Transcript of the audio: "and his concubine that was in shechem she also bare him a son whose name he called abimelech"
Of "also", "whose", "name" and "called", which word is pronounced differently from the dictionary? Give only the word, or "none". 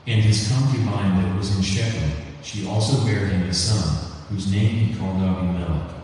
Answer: none